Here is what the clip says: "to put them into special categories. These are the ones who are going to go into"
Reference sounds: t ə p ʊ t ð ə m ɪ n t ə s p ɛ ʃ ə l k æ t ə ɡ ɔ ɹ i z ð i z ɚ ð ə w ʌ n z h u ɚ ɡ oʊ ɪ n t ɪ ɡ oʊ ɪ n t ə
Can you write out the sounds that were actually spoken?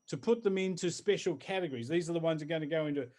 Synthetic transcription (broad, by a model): t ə p ʊ t ð ə m ɪ n t ə s p ɛ ʃ l k æ t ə ɡ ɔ ɹ i z ð i z ɚ ð ə w ʌ n z ɚ ɡ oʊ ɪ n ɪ ɡ oʊ ɪ n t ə